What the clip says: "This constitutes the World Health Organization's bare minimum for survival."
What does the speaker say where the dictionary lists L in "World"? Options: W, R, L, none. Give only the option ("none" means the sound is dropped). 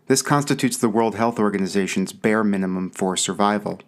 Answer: L